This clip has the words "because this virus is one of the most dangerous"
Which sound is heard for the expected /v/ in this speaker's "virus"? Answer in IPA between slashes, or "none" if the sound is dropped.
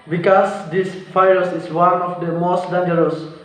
/f/